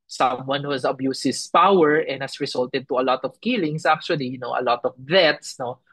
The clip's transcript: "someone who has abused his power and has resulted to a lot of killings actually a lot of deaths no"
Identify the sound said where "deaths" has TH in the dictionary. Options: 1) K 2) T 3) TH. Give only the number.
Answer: 2